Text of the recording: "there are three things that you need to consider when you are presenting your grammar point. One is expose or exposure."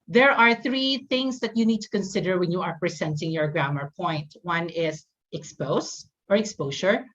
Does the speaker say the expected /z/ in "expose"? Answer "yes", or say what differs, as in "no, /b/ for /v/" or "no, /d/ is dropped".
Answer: no, /s/ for /z/